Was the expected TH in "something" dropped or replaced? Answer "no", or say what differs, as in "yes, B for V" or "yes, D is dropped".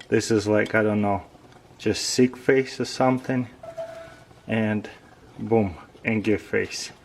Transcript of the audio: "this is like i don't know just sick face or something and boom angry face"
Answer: no